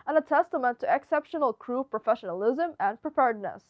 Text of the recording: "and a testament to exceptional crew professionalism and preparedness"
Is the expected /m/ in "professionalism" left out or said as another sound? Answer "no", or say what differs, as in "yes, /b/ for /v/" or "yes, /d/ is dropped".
no